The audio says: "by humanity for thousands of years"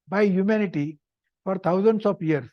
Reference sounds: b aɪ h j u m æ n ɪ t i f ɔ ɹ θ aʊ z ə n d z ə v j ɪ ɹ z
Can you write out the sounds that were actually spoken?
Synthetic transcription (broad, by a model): b aɪ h j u m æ n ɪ t i f ɔ ɹ t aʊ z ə n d s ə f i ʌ ɹ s